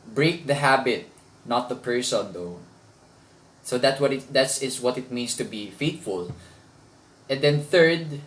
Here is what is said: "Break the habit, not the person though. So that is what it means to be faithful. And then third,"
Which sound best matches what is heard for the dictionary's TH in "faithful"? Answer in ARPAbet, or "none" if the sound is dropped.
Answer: T